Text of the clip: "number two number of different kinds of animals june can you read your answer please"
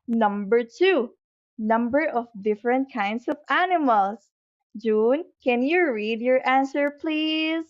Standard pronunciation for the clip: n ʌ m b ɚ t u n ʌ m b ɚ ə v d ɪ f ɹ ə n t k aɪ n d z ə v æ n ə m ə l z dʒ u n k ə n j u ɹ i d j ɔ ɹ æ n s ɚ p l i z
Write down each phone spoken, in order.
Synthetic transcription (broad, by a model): n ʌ m b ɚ t u n ʌ m b ɚ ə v d ɪ f ɹ ə n t k aɪ n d s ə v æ n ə m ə l s dʒ u n k ə n j u ɹ i d j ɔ ɹ æ n s ɚ p l i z